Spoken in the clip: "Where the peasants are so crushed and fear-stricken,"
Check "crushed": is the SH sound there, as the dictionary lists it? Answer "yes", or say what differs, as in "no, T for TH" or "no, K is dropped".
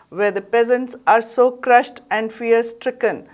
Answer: yes